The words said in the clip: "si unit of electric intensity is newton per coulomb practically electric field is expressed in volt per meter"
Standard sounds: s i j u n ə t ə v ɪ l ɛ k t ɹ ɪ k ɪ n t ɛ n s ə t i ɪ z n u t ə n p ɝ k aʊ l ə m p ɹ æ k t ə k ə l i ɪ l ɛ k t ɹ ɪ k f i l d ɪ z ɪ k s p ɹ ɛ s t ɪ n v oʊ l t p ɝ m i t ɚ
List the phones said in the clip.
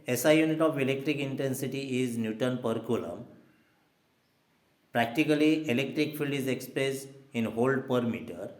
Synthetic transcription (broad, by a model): s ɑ j u n ə t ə f ɪ l ɛ k t ɹ ɪ k ɪ n t ɛ n s ə t i ɪ z n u t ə n p ɝ k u l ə m p ɹ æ k t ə k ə l i ɪ l ɛ k t ɹ ɪ k f i l d ɪ z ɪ k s p ɹ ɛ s ɪ n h oʊ l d p ɝ m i t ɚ